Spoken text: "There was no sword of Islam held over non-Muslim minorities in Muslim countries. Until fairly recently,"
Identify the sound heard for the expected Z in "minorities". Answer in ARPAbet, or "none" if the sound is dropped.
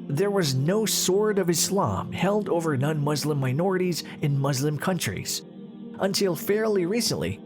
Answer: Z